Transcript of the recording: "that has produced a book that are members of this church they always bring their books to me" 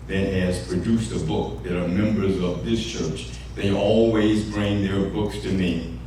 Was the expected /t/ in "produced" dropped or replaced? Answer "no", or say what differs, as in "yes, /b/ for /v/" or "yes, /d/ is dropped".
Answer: no